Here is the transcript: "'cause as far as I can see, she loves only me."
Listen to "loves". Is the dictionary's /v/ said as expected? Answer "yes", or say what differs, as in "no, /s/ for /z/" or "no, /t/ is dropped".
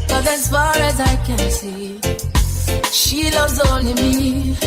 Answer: no, /v/ is dropped